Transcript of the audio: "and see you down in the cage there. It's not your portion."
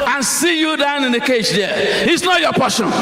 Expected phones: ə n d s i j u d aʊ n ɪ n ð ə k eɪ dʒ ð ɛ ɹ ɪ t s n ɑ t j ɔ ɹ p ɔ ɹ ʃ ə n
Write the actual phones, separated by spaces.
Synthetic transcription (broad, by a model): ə n s i j u d aʊ n ɪ n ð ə k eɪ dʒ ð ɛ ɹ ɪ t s n ɑ t j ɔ p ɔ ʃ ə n